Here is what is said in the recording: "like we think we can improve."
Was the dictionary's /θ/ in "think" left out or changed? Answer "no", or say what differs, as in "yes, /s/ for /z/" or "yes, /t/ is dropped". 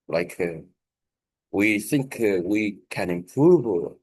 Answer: no